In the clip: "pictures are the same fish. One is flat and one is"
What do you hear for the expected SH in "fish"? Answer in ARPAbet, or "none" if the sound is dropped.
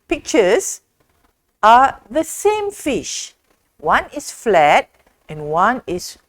SH